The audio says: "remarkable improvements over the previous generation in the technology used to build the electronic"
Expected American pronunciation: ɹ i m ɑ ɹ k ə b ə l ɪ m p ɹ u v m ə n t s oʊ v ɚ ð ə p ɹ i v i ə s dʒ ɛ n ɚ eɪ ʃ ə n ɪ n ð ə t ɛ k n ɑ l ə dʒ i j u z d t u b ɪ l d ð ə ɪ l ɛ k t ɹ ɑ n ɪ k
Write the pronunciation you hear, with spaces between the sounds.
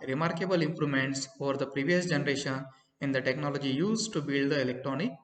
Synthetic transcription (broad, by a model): ɹ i m ɑ ɹ k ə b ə l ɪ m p ɹ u m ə n t s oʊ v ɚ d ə p ɹ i v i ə s dʒ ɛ n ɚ eɪ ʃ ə n ɪ n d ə t ɛ k n ɑ l ə dʒ i j u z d t u b ɪ l d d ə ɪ l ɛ k t ɹ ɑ n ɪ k